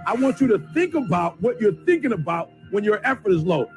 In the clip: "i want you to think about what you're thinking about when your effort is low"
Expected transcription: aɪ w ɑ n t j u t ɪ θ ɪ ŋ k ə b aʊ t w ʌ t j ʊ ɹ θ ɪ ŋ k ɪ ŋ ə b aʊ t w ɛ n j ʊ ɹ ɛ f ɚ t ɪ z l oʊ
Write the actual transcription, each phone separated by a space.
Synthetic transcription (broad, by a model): aɪ w ɑ n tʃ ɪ t ɪ θ ɪ ŋ k ə b aʊ t w ʌ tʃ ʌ ɹ θ ɪ ŋ k ɪ ŋ ə b aʊ t w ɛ n j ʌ ɹ ɛ f ɚ t ɪ z l oʊ